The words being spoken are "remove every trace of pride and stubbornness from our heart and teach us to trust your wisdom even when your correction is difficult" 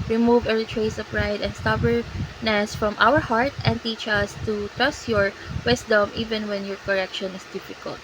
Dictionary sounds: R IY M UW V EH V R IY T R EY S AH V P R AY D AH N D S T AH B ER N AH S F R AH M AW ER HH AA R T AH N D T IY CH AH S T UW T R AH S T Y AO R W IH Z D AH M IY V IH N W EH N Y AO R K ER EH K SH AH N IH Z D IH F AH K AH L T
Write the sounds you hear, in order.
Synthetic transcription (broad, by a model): R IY M UW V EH R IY T R EY S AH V P R AY D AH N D S T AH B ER N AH S F R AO M AW ER HH AA R T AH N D T IY CH AH S T UW T R AH S T Y AO R W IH S D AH M IY V IH N W EH N Y AO R K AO EH K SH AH N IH S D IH F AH K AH L T